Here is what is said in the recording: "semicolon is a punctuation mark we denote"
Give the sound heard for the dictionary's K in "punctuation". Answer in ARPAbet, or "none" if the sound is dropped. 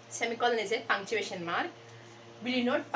none